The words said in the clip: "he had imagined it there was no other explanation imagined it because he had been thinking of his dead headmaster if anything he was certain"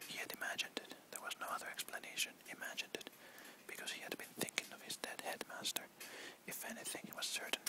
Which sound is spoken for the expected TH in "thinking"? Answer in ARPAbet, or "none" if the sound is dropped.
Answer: TH